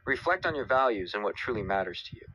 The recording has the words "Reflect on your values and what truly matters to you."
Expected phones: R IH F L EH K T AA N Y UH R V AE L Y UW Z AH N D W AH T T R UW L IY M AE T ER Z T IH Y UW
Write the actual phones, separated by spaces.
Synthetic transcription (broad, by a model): R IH F L EH K T N Y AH R V AE L Y UW Z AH N W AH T T R UW L IY M AE T ER Z T IH Y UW